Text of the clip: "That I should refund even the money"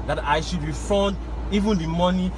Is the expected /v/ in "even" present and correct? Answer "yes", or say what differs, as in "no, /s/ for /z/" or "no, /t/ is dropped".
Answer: yes